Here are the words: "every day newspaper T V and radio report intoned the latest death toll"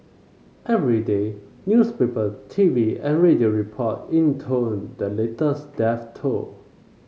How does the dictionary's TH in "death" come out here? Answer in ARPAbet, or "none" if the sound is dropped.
F